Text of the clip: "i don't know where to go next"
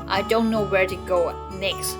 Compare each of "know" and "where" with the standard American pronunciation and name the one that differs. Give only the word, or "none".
none